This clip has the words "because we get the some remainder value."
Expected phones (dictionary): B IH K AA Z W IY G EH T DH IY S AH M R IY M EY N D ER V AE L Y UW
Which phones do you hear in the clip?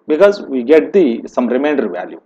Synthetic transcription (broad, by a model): B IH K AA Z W IY G EH T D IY S AH M R IY M EY N D ER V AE L Y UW